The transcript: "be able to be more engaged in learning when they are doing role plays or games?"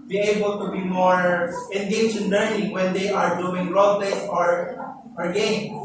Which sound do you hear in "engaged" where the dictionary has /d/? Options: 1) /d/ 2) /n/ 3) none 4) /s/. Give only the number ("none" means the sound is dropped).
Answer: 3